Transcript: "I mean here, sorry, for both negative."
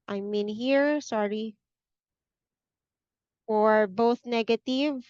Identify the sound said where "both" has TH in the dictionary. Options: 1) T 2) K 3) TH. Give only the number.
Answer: 3